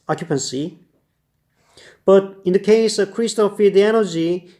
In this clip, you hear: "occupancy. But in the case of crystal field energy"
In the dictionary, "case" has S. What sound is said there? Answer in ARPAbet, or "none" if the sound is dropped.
S